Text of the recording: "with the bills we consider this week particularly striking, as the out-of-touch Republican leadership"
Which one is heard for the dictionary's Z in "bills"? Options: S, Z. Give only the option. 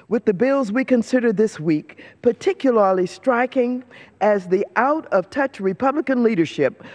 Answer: Z